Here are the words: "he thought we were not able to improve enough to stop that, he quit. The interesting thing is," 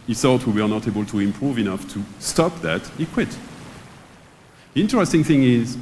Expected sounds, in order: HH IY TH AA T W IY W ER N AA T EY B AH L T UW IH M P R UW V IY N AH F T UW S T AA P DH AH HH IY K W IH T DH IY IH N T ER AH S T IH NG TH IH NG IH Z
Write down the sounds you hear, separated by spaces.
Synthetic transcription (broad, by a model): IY S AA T W IY W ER N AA T EY B AH L T UW IH M P R UW V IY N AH F T UW S T AA P DH AH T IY K W IH T DH IY IH N T ER AH S T IH NG TH IH NG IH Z